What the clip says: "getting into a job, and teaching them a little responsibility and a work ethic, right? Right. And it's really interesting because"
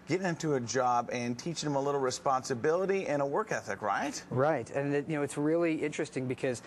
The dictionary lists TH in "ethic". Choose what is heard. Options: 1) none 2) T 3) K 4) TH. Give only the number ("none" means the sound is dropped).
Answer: 4